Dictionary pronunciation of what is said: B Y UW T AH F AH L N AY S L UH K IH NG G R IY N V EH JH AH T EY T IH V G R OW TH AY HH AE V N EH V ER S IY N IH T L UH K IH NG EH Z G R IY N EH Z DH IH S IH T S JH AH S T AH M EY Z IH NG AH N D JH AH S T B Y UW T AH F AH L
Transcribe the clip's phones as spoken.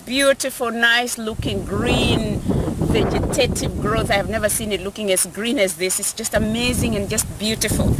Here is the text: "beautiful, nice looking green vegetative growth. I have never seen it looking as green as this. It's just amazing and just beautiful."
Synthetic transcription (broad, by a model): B Y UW T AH F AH L N AY S L UH K IH NG G R IY N V EH JH AH T EY T IH V G R OW TH AY HH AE V N EH V ER S IY N IH T L UH K IH NG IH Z G R IY N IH Z DH IH S IH T S JH AH S T AH M EY Z IH NG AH N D JH AH S T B Y UW T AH F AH L